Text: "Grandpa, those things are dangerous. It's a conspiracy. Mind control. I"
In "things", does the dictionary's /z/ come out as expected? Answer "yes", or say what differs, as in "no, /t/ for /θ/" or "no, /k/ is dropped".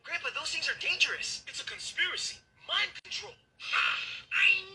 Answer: yes